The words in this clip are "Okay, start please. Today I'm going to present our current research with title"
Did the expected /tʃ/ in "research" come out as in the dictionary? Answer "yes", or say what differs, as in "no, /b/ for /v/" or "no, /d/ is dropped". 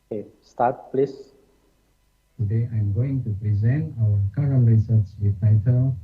no, /s/ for /tʃ/